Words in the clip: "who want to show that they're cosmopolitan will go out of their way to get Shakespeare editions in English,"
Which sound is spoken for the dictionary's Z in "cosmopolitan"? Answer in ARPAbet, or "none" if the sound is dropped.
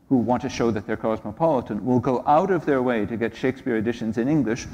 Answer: Z